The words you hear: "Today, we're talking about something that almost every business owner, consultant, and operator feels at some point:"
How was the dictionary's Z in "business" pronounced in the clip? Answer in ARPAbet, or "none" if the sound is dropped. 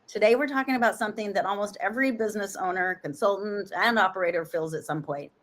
Z